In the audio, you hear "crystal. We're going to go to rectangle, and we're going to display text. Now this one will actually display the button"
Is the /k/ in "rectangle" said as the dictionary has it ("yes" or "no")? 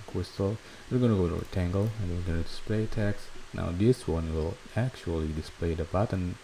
no